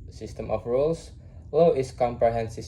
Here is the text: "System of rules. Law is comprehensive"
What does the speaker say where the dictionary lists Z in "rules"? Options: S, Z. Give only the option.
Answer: S